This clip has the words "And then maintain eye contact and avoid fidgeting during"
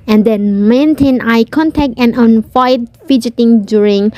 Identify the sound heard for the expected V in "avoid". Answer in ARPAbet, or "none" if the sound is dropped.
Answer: none